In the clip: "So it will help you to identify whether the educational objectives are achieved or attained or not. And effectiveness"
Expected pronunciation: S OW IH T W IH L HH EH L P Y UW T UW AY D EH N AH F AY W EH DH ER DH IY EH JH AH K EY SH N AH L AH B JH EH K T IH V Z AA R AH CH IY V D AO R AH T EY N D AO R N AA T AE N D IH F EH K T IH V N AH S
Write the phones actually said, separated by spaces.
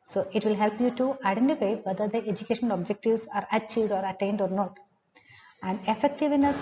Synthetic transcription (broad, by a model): S OW IH T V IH L HH EH L P Y UW T UW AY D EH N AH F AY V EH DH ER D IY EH JH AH K EY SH AH N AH B JH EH K T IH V S AA R AH CH IY V D AO R AH T EY N D AO R N AA T AE N D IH F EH K T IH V N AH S